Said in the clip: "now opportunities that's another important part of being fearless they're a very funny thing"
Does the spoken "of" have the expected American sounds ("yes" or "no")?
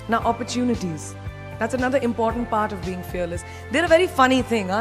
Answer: yes